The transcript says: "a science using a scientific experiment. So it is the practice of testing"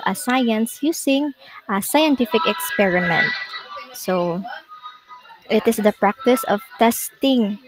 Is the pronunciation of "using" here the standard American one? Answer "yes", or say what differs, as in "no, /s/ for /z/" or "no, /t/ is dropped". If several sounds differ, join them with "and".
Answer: no, /s/ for /z/